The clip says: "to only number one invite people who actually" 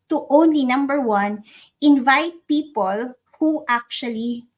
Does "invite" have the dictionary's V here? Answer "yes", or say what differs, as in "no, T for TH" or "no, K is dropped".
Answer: yes